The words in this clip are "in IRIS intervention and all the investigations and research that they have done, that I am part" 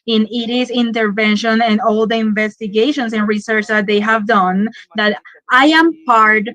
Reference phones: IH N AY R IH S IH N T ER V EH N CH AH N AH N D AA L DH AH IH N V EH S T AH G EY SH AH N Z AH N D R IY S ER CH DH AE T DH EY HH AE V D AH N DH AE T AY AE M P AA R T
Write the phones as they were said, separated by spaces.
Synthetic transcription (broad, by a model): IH N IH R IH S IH N T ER V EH N SH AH N AH N D AA L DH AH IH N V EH S T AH G EY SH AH N S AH N R IY S ER CH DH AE T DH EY HH AE V D AH N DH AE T AY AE M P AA R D